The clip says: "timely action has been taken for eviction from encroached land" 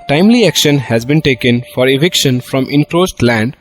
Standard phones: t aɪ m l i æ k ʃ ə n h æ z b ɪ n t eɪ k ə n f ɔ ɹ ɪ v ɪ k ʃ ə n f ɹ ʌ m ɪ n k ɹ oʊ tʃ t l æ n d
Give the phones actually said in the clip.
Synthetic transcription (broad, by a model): t aɪ m l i æ k ʃ ə n h æ z b ɪ n t eɪ k ə n f ɔ ɹ ɪ v ɪ k ʃ ə n f ɹ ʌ m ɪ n k ɹ oʊ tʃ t l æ n d